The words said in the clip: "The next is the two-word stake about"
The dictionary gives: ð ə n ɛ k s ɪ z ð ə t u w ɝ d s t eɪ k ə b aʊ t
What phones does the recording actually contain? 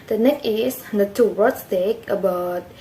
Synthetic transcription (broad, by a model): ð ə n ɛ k ɪ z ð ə t u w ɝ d s t eɪ k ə b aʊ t